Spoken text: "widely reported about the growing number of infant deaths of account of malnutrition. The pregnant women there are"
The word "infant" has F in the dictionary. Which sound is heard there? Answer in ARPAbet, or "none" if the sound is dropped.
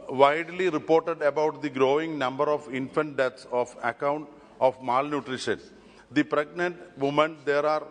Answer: F